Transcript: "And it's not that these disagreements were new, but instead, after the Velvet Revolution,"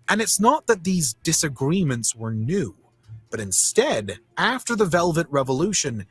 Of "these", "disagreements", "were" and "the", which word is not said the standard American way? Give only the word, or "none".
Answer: none